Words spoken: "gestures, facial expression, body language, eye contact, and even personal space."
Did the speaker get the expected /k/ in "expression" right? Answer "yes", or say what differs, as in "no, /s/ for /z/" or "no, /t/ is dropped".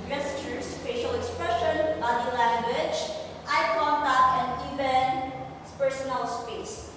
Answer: yes